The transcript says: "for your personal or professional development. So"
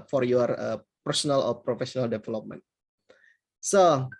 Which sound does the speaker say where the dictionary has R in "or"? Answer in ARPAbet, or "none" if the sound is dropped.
L